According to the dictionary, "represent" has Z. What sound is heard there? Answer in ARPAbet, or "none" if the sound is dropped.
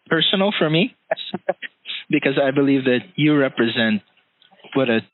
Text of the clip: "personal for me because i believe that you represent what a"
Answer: Z